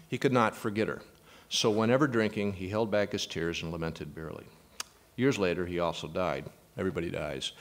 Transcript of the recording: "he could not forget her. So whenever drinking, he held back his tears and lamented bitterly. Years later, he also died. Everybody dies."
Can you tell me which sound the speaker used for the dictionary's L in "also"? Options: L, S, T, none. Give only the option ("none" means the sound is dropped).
L